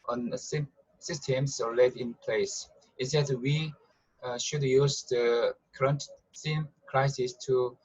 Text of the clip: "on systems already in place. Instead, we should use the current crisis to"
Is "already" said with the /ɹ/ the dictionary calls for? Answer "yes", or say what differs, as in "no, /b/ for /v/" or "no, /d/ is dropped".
no, /ɹ/ is dropped